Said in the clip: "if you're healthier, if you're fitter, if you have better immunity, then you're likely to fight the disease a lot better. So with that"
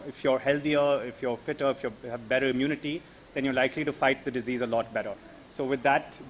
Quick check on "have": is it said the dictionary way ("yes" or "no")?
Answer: yes